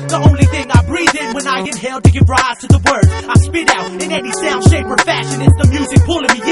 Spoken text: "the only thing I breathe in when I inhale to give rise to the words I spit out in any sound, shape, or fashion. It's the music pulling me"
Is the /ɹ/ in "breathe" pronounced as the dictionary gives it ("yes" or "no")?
yes